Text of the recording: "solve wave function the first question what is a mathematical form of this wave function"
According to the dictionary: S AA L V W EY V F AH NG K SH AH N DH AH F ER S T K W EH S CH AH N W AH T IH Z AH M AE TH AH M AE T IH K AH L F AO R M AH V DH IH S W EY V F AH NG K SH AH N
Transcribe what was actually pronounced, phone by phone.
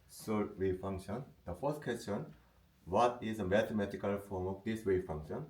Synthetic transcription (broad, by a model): S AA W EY F AH NG K SH AH N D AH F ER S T K W EH S CH AH N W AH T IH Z AH M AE T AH M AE T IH K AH L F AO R M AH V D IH S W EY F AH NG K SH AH N